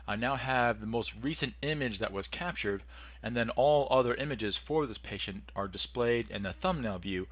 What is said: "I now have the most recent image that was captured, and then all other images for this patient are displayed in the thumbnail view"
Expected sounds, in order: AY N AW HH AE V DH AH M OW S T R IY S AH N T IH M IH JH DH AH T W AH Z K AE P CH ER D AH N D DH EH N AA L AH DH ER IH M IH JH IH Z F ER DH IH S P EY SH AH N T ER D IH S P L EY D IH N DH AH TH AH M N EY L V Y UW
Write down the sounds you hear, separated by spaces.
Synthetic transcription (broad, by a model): AY N AW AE V DH AH M OW S T R IY S AH N T IH M IH JH DH AH T W AH Z K AE P CH ER D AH N DH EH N AA L AH DH ER IH M IH JH IH Z F ER DH IH S P EY SH AH N T ER D IH S P L EY D IH N DH AH TH AH M N EY L V Y UW